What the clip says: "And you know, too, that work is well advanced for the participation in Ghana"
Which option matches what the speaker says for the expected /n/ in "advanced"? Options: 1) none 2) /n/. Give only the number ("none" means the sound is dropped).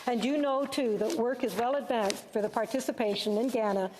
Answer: 2